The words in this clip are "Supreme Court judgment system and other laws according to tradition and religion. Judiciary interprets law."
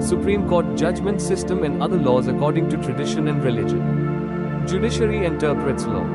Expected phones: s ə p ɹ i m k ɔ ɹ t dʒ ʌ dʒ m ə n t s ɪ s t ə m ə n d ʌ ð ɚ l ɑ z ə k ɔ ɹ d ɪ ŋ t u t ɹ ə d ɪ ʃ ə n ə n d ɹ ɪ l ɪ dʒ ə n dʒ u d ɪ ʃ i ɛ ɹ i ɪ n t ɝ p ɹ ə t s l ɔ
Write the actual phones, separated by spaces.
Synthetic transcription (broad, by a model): s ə p ɹ i m k ɔ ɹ t dʒ ʌ dʒ m ə n t s ɪ s t ə m ə n d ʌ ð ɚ l ɑ z ə k ɔ ɹ d ɪ ŋ t u t ɹ ə d ɪ ʃ ə n ə n d ɹ ɪ l ɪ dʒ ə n dʒ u d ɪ ʃ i ɹ i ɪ n t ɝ p ɹ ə t s l ɔ